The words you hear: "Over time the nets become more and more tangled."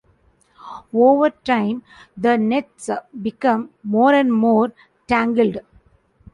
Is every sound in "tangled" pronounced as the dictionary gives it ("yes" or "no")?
yes